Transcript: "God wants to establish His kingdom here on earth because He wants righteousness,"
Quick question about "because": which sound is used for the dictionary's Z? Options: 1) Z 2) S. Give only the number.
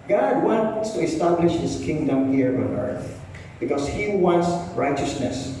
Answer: 2